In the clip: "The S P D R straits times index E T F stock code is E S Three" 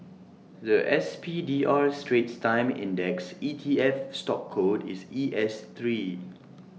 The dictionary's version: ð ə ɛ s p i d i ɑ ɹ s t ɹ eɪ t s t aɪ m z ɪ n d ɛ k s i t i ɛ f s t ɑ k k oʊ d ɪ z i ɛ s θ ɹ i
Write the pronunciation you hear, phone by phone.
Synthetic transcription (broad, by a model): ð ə ɛ s p i d i ɑ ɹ s t ɹ eɪ t s t aɪ m ɪ n d ɛ k s i t i ɛ f s t ɑ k k oʊ d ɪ s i ɛ s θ ɹ i